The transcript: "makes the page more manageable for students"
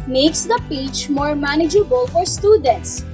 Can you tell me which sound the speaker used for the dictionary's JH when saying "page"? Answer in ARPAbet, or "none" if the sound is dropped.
CH